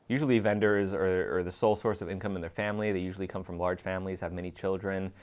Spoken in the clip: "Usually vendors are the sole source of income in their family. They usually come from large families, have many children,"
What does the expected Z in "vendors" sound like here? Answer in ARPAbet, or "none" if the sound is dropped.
Z